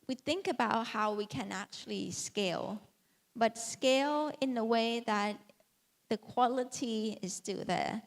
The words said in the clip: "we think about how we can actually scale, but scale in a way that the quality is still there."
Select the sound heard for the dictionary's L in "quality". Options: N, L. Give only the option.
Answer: L